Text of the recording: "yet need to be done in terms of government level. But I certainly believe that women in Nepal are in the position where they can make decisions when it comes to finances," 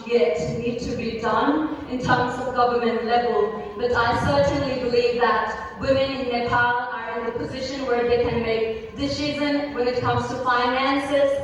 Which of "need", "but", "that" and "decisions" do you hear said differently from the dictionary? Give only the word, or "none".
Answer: decisions